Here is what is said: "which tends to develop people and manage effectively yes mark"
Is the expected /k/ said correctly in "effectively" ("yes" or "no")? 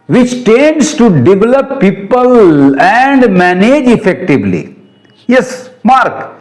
yes